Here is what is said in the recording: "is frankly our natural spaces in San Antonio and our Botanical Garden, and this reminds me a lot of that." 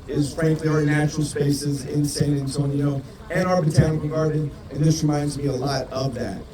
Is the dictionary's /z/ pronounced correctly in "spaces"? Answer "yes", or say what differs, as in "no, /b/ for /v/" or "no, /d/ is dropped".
yes